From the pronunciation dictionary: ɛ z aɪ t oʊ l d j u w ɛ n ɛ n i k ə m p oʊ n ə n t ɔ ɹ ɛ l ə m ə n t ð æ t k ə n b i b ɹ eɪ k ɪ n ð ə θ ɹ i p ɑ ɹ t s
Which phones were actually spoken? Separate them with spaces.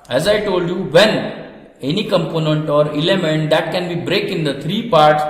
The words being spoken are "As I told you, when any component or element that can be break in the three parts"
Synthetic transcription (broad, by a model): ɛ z aɪ t oʊ l d j u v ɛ n ɛ n i k ə m p oʊ n ə n t ɔ ɹ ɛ l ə m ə n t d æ t k ə n b i b ɹ eɪ k ɪ n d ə t ɹ i p ɑ ɹ t s